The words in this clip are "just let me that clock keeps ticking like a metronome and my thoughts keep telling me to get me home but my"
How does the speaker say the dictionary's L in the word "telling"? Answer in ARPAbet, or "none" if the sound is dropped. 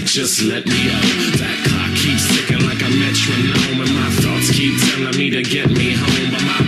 N